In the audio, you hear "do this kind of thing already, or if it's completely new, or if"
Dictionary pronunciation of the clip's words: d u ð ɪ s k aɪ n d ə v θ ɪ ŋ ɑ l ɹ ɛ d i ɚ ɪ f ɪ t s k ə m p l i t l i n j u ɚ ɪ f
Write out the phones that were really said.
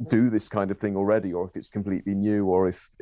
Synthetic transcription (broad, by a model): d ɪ ð ɪ s k aɪ n d ə v θ ɪ ŋ ɑ l ɹ ɛ d i ɚ ɪ f ɪ t s k ə m p l i t l i n j u ɚ ɪ f